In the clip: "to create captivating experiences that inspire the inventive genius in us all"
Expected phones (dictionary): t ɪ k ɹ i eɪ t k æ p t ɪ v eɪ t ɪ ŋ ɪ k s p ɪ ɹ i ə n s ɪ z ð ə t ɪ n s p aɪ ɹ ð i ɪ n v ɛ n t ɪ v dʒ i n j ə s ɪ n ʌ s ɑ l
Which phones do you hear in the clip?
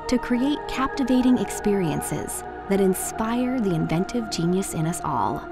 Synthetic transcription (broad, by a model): t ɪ k ɹ i eɪ t k æ p t ɪ v eɪ t ɪ ŋ ɪ k s p ɪ ɹ i ə n s ɪ z ð ə t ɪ n s p aɪ ɹ ð i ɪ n v ɛ n t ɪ v dʒ i n j ə s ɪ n ʌ s ɑ l